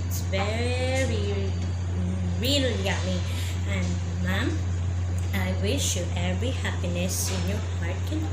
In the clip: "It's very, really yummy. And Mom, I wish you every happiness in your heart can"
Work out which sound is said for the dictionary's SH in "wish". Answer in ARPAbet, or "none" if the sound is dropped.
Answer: SH